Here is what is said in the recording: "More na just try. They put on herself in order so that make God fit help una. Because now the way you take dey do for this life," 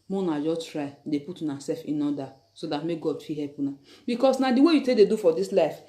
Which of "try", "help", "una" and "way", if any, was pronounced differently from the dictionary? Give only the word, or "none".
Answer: help